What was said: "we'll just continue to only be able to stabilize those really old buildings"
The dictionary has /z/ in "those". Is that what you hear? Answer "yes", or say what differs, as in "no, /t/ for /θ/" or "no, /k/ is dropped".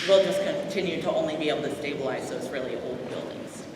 no, /s/ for /z/